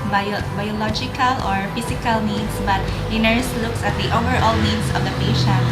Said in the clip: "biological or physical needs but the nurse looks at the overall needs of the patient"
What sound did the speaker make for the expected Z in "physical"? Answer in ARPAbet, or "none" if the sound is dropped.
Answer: S